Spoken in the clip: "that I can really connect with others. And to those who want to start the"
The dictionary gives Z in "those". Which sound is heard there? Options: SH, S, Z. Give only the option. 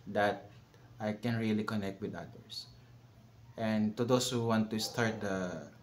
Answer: S